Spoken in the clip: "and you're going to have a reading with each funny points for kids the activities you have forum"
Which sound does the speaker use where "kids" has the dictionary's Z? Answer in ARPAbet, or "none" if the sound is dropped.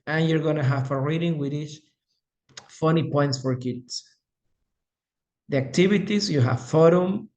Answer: S